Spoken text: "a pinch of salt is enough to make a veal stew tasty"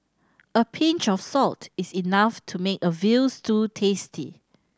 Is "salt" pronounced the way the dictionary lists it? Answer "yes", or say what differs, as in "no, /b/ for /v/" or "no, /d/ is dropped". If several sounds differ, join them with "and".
yes